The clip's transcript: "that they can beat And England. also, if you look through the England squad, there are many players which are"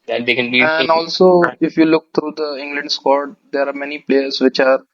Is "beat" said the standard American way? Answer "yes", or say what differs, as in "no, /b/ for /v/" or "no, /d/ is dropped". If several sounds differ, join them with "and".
no, /t/ is dropped